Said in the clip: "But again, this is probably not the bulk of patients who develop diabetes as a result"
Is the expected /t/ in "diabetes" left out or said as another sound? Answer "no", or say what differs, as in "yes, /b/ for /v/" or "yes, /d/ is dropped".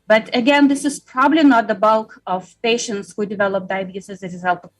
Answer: yes, /s/ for /t/